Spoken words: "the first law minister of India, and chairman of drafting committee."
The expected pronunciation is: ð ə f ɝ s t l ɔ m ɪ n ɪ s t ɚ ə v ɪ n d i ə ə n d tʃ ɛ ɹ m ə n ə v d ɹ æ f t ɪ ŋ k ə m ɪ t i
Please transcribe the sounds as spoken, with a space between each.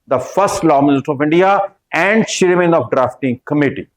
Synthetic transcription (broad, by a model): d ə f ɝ s t l ɔ m ɪ n ɪ s t ɚ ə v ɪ n d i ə ə n d ʃ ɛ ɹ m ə n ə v d ɹ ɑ f t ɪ ŋ k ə m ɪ t i